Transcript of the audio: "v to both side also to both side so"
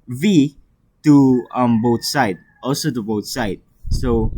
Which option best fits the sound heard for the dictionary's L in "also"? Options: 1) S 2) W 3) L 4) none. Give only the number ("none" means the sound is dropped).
3